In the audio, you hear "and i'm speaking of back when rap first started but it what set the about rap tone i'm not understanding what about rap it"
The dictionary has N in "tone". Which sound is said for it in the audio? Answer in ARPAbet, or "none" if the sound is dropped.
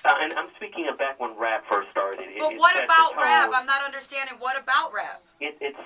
none